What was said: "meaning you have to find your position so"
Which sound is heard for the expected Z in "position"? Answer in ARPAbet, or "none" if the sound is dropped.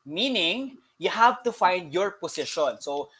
S